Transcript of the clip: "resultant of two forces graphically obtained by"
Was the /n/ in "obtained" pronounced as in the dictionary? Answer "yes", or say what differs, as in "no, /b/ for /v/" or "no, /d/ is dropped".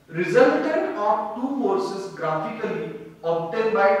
no, /n/ is dropped